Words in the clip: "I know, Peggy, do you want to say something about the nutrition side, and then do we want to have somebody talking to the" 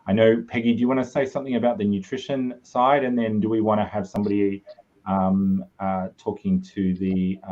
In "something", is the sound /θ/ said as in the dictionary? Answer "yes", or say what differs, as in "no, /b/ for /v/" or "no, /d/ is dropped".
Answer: yes